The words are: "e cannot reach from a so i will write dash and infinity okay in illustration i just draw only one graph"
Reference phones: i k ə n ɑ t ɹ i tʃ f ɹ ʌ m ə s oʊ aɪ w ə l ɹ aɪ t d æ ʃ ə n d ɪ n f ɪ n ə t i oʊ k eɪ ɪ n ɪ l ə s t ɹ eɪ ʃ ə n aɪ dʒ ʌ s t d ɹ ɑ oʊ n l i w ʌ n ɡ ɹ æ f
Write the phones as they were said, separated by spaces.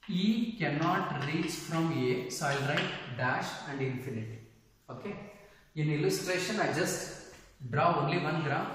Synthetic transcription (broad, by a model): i k ə n ɑ t ɹ i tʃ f ɹ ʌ m ə s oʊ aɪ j l ɹ aɪ t d æ ʃ ə n d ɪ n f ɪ n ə t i oʊ k eɪ ɪ n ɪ l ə s t ɹ eɪ ʃ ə n aɪ dʒ ʌ s t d ɹ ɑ oʊ n l i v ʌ n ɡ ɹ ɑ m